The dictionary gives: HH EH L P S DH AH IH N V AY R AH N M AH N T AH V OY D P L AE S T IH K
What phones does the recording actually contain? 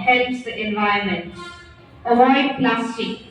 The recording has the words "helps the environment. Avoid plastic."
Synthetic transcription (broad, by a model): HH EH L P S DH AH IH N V AY AH M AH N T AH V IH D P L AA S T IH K